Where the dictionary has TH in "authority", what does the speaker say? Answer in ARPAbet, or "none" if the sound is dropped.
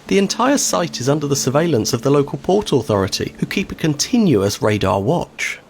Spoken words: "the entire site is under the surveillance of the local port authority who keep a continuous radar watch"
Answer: TH